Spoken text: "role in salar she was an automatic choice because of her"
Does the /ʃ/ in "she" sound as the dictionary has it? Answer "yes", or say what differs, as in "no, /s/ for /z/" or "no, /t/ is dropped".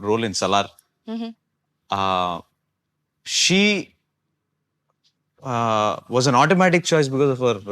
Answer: yes